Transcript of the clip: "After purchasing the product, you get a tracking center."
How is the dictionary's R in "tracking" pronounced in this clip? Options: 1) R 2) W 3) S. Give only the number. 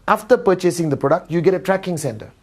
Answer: 1